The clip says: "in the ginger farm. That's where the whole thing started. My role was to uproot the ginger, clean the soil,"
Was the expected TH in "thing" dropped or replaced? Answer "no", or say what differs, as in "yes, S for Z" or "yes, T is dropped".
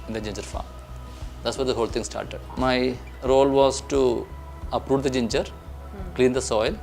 yes, T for TH